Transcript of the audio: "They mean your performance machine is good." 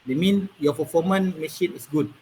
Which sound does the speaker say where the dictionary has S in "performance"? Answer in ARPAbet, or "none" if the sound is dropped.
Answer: none